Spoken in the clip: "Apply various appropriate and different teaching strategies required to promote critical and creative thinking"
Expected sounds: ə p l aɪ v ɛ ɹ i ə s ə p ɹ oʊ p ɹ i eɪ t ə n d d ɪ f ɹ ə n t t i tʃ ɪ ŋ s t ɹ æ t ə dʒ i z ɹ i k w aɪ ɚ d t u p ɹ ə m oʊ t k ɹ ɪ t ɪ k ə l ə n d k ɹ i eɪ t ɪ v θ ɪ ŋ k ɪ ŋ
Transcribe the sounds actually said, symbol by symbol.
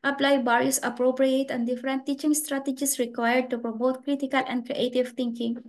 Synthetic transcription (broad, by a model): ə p l aɪ b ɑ ɹ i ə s ə p ɹ oʊ p ɹ i eɪ t ə n d d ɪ f ɹ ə n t t i tʃ ɪ ŋ s t ɹ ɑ t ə dʒ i s ɹ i k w aɪ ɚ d t u p ɹ ə m oʊ t k ɹ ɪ t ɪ k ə l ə n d k ɹ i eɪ t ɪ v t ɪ ŋ k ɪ ŋ